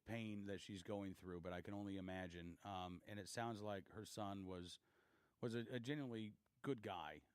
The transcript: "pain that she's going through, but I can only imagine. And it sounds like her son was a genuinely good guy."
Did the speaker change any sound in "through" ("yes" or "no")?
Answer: no